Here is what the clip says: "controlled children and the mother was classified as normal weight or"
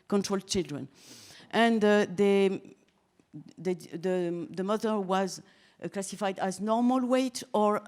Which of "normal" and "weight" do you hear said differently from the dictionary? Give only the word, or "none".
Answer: none